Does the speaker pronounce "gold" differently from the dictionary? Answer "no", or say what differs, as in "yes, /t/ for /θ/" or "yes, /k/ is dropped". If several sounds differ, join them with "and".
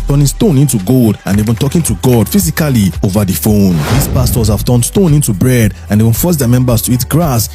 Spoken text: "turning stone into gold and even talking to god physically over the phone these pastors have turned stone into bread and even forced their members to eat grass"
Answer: no